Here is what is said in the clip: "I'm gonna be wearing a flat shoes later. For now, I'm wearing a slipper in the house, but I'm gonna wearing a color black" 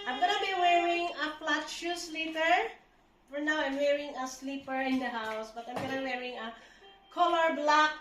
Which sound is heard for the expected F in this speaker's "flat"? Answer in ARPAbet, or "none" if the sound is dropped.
P